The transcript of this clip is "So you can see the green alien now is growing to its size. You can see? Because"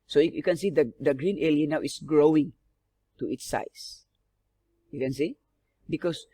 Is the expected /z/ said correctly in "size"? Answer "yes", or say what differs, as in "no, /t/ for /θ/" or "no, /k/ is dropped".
no, /s/ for /z/